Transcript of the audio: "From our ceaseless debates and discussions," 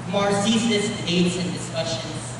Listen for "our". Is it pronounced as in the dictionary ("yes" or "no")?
yes